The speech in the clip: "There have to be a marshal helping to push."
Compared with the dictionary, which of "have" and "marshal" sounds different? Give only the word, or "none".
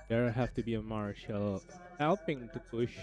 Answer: have